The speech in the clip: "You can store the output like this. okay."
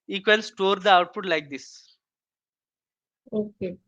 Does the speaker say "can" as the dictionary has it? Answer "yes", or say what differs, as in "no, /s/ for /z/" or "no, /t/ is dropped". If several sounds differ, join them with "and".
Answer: no, /l/ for /n/